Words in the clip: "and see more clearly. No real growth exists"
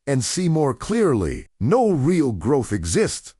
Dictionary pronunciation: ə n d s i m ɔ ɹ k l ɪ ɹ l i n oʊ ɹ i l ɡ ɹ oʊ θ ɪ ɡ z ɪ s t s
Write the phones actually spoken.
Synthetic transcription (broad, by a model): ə n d s i m ɔ ɹ k l ɪ ɹ l i n oʊ ɹ i l ɡ ɹ oʊ θ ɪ ɡ z ɪ s t s